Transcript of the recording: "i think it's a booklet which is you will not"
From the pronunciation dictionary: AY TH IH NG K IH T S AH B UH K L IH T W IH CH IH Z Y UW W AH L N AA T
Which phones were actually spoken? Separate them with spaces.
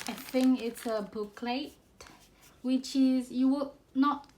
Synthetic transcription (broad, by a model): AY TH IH NG IH T S AH B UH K L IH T W IH CH IH Z Y UW W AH N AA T